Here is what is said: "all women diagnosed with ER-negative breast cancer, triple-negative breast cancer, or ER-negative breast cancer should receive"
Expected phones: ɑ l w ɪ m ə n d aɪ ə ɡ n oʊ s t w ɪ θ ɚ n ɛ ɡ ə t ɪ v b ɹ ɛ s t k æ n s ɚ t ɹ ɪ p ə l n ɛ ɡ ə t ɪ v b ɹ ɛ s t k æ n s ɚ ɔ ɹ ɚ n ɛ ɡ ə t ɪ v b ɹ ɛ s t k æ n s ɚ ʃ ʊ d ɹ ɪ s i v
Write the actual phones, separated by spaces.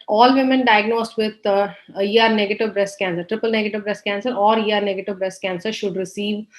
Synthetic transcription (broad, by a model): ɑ l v ɪ m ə n d aɪ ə ɡ n oʊ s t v ɪ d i n ɛ ɡ ə t ɪ v b ɹ ɛ s t k æ n s ɚ t ɹ ɪ p ə l n ɛ ɡ ə t ɪ v b ɹ ɛ s t k æ n s ɚ ɔ ɹ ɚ n ɛ ɡ ə t ɪ v b ɹ ɛ s t k æ n s ɚ ʃ ʊ d ɹ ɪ s i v